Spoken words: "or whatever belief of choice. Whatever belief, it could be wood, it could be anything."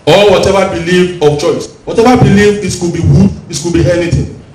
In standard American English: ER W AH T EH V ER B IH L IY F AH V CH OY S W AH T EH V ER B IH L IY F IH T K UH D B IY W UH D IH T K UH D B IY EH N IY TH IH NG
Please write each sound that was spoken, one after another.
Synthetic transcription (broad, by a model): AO W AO T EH V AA B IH L IY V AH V CH OY S W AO T EH V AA B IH L IY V IH T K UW B IY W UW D IH T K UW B IY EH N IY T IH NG